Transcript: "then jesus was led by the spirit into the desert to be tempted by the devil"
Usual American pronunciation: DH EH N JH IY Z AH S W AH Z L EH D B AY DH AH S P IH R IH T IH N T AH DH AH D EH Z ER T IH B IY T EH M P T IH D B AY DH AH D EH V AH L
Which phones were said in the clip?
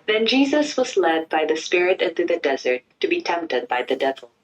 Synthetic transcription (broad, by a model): DH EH N JH IY Z AH S W AH Z L EH D B AY DH AH S P IH R IH T IH N T AH DH AH D EH Z ER T IH B IY T EH M P T IH D B AY DH AH D EH V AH L